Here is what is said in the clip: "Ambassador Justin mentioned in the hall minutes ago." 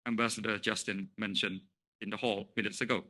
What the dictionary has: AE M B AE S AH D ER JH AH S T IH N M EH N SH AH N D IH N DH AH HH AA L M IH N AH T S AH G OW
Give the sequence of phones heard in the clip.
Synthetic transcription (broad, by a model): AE M B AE S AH D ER JH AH S T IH N M EH N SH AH N IH N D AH HH AA L M IH N AH T S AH G OW